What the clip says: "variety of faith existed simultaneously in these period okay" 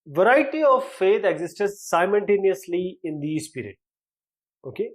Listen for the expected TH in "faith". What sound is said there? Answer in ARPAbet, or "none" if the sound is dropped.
T